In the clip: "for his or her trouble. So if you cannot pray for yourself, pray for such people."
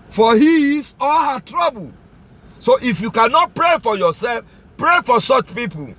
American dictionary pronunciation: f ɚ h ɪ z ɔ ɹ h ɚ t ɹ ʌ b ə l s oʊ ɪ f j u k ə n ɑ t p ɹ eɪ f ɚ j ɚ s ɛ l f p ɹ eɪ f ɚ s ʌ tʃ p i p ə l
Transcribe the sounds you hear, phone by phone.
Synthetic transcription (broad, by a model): f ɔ h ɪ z ɔ l h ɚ t ɹ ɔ b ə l s oʊ ɪ f j u k ə n ɑ t p ɹ eɪ f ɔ j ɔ s ɛ l f p ɹ eɪ f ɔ s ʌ tʃ p i p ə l